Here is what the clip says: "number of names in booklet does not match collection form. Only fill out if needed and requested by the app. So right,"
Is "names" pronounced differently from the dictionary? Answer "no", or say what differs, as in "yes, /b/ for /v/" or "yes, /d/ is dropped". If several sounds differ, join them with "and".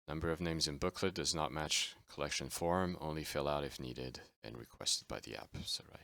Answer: no